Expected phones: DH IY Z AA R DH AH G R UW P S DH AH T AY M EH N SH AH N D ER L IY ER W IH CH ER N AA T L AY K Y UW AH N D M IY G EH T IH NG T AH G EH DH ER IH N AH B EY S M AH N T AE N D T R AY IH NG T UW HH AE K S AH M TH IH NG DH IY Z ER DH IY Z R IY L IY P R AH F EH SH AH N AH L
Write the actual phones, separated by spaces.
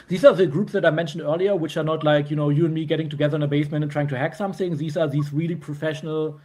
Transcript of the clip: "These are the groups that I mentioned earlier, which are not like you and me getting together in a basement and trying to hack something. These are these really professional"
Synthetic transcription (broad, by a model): DH IY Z AA R DH AH G R UW P S DH AH T AY M EH N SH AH N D ER L IY ER W IH CH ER N AA T L AY K Y UW AH N D M IY G EH T IH NG T AH G EH DH ER IH N AH B EY S M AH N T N T R AY IH NG T UW HH AE K S AH M TH IH NG DH IY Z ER DH IY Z R IY L IY P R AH F EH SH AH N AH L